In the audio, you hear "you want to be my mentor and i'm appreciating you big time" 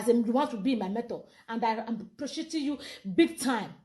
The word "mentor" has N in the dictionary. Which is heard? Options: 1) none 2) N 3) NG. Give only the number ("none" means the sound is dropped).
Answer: 1